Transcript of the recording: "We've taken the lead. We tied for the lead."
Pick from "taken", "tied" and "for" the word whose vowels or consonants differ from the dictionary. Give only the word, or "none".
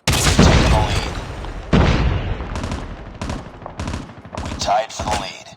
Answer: taken